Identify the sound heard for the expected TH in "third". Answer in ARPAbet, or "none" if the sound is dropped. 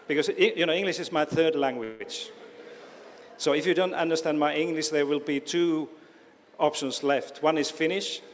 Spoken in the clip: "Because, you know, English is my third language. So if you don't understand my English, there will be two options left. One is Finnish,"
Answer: TH